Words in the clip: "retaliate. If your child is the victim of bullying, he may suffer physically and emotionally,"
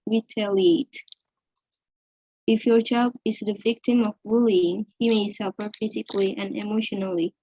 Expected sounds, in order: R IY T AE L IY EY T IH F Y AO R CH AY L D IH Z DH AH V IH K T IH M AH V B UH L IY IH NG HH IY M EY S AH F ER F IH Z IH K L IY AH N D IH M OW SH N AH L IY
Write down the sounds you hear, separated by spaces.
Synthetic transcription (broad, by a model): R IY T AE L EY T IH F Y AO R CH AY L D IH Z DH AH V IH K T IH M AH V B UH L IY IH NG HH IY M EY S AH F ER F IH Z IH K L IY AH N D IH M OW SH N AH L IY